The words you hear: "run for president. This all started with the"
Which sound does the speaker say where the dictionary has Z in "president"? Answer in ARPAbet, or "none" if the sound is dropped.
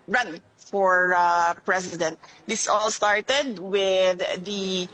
S